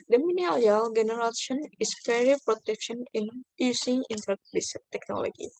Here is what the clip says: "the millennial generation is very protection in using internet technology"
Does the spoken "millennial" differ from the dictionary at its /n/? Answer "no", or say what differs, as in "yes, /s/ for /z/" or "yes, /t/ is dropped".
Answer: yes, /n/ is dropped